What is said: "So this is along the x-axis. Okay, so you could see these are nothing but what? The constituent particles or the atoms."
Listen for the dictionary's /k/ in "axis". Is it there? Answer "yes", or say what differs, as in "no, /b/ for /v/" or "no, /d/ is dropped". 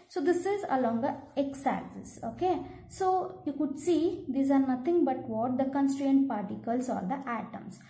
no, /k/ is dropped